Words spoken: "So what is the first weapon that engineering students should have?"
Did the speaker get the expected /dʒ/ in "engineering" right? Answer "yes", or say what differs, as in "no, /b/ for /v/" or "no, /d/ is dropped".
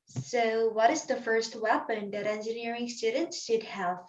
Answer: yes